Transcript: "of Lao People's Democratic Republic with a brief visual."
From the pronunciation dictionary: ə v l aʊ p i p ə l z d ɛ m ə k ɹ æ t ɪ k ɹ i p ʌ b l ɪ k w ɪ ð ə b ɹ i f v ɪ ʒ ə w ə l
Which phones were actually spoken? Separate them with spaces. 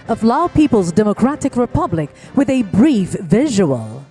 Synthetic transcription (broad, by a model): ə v l aʊ p i p ə l z d ɛ m ə k ɹ æ t ɪ k ɹ i p ʌ b l ɪ k w ɪ ð ə b ɹ i f v ɪ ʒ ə w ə l